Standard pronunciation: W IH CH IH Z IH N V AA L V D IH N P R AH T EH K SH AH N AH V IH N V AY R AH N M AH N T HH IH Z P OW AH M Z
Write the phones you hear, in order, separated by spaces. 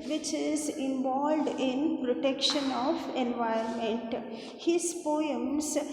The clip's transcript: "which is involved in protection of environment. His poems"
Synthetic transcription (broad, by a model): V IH CH IH Z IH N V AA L D IH N P R AH T EH K SH AH N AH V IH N V AY AH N M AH N T HH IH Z P OW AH M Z